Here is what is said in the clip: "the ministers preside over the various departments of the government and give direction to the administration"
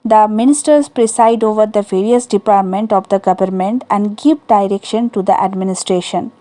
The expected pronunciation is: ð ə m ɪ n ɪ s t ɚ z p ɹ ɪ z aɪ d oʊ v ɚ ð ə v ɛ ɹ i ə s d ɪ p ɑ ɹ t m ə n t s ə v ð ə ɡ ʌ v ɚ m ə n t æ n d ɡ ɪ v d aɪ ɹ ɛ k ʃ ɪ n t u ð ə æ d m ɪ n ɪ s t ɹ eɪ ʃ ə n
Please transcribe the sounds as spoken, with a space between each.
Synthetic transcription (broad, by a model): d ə m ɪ n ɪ s t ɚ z p ɹ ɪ s aɪ d oʊ v ɚ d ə v ɛ ɹ i ə s d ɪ p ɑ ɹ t m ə n t ə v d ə ɡ ʌ v ɚ m ə n t æ n d ɡ ɪ v d aɪ ɹ ɛ k ʃ ɪ n t u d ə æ d m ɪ n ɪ s t ɹ eɪ ʃ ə n